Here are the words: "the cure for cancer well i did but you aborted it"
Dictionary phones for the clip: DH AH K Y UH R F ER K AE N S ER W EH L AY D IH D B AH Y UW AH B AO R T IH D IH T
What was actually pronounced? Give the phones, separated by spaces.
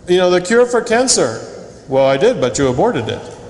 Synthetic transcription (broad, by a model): DH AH K Y UH R F ER K AE N S ER W EH L AY D IH D B AH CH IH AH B AO R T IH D IH T